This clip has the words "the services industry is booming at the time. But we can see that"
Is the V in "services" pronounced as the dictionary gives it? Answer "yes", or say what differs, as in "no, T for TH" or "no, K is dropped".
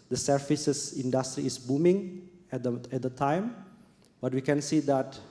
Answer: no, F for V